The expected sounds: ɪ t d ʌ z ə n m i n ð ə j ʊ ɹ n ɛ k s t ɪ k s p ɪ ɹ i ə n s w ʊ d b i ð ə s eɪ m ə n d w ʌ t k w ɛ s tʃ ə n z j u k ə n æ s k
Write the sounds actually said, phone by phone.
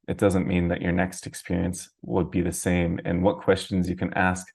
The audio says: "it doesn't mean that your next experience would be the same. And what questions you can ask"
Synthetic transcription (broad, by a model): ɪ t d ʌ z ə n m i n ð ə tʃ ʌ ɹ n ɛ k s t ɪ k s p ɪ ɹ i ə n s w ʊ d b i ð ə s eɪ m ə n w ʌ t k w ɛ s tʃ ə n z j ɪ k ə n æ s k